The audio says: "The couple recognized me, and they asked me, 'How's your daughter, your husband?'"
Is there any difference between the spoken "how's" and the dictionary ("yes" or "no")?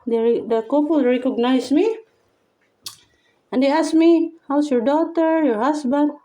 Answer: yes